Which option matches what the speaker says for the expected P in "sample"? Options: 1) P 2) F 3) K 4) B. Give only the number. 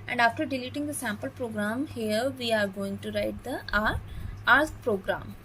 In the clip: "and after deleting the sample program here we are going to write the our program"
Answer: 1